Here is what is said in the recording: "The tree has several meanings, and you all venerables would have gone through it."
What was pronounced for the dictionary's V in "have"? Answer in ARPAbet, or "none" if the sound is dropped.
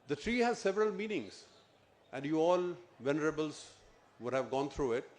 V